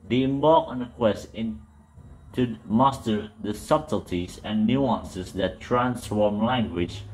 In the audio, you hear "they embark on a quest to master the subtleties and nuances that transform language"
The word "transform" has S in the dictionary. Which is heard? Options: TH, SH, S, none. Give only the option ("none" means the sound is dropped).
S